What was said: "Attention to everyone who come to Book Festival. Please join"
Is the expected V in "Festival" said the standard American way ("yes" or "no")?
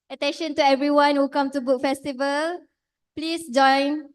yes